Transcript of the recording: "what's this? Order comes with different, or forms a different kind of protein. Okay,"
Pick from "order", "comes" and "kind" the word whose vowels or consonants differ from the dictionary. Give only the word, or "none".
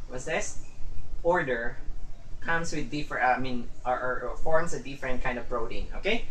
comes